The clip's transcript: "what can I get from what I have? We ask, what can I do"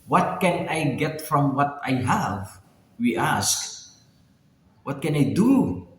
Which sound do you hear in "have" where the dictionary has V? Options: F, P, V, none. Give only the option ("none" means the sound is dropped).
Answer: V